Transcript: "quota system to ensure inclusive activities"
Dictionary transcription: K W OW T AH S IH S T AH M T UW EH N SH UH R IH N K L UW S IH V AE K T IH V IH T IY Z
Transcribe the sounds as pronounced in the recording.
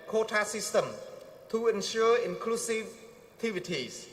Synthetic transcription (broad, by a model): K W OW T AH S IH S T AH M T UW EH N SH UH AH IH N K L UW S IH V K T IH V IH T IY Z